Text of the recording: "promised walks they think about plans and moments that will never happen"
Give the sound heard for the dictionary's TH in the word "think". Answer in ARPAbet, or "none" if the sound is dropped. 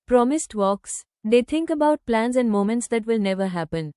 T